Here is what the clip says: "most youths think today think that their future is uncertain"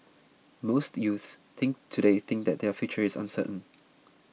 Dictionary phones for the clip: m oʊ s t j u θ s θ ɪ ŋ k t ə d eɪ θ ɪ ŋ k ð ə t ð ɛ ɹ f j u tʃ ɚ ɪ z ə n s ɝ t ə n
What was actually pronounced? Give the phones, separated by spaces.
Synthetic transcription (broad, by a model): m oʊ s t j u θ s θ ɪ ŋ k t ə d eɪ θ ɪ ŋ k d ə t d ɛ f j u tʃ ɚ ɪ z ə n s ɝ t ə n